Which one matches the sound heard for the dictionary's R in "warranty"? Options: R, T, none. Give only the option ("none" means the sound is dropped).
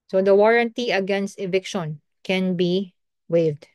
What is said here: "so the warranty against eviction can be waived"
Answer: R